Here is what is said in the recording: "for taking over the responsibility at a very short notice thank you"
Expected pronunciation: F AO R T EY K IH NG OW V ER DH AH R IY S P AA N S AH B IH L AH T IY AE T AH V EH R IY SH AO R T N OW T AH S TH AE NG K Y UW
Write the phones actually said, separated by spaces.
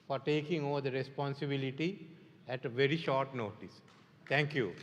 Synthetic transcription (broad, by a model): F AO R T EY K IH NG OW V ER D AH R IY S P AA N S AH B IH L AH T IY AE T AH V EH R IY SH AO R T N OW T AH S T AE NG K Y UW